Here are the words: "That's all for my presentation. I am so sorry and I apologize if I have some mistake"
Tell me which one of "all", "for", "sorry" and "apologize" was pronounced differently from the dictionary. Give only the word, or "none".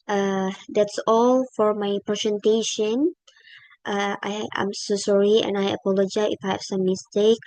apologize